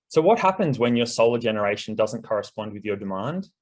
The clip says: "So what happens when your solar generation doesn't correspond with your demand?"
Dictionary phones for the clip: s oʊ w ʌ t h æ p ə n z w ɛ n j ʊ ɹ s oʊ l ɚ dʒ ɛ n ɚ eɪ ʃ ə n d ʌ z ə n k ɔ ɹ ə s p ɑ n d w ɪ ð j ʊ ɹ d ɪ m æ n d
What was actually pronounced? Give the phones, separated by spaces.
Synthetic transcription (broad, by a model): s oʊ w ʌ t h æ p ə n z w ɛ n j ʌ ɹ s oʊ l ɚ dʒ ɛ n ɚ eɪ ʃ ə n d ʌ z ə n k ɔ ɹ ə s p ɑ n d w ɪ ð j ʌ ɹ d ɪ m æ n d